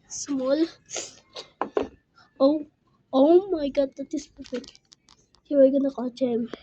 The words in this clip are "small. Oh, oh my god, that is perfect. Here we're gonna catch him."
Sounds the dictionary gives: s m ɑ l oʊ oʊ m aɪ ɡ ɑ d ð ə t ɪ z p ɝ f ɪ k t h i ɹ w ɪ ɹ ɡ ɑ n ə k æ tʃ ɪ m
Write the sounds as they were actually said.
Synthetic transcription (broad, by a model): s m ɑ l oʊ oʊ m aɪ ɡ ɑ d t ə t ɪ s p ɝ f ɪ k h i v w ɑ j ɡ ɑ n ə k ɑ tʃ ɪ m